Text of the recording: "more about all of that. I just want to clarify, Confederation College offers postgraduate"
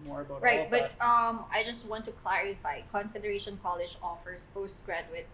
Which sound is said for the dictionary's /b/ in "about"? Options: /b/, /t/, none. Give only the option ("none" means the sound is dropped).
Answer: none